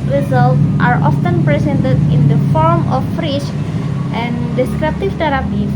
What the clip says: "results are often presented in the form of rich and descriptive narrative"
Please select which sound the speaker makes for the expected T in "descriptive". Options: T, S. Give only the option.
T